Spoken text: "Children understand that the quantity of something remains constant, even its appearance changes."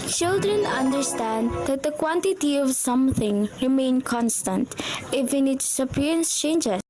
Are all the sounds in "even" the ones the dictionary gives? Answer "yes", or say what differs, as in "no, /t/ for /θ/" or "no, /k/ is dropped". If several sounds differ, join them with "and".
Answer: no, /f/ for /v/